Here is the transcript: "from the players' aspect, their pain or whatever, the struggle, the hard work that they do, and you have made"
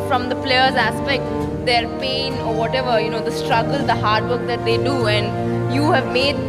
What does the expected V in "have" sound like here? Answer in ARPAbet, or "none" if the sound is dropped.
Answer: V